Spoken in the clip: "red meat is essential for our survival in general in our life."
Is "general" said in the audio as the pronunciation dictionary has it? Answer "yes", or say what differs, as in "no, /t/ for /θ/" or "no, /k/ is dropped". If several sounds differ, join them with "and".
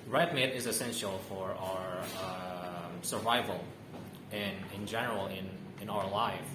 no, /n/ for /l/